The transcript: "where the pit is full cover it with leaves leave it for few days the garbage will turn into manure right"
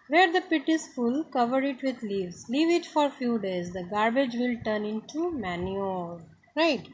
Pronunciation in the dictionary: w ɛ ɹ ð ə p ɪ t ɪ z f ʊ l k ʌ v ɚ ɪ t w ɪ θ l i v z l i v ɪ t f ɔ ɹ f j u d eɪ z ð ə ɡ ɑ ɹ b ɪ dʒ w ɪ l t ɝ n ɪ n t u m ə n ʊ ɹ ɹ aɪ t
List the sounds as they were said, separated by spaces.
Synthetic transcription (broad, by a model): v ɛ ɹ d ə p ɪ t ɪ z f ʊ l k ʌ v ɚ ɪ t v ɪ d l i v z l i v ɪ t f ɔ ɹ f j u d eɪ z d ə ɡ ɑ ɹ b ɪ dʒ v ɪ l t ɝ n ɪ n t u m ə n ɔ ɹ ɹ aɪ t